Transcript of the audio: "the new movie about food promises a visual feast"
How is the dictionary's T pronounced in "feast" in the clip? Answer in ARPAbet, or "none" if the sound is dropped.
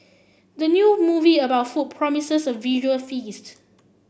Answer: T